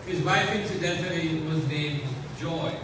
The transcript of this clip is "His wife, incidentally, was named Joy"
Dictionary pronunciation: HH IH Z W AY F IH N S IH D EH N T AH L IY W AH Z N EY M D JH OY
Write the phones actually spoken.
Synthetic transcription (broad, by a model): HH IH Z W AY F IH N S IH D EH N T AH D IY W AH Z N EY M D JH OY